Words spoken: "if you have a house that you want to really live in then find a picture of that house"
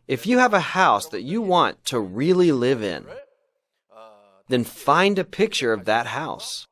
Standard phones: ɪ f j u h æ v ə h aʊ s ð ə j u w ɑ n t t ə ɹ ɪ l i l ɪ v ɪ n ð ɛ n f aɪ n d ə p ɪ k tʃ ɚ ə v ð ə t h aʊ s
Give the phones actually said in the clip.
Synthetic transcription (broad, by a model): ɪ f j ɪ v ə h aʊ s ð ə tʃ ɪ w ɑ n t t ə ɹ ɪ l i l ɪ v ɪ n ð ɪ n f aɪ n d ə p ɪ k tʃ ɚ ə v ð ə t h aʊ s